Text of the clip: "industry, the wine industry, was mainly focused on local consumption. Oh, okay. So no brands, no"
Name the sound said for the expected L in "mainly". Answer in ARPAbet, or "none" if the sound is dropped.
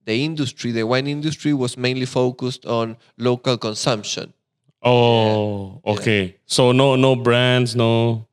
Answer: L